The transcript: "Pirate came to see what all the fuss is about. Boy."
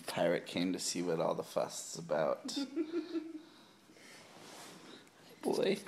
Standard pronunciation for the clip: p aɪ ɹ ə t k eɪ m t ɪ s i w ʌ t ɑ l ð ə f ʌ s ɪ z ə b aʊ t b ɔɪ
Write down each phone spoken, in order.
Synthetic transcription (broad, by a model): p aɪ ɹ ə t k eɪ m t ɪ s i w ʌ t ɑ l ð ə f ʌ s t s ə b aʊ t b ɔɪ